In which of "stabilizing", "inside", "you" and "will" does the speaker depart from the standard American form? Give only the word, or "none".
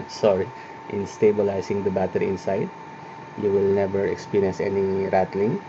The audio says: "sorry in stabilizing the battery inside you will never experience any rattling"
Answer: stabilizing